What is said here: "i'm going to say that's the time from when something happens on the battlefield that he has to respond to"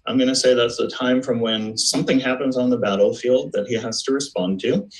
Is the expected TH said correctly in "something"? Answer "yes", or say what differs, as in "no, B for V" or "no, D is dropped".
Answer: yes